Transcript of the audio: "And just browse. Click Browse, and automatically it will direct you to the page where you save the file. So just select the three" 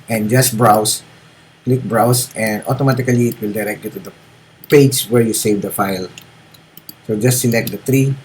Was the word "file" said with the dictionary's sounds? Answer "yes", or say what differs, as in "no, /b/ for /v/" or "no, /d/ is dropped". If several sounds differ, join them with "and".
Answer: yes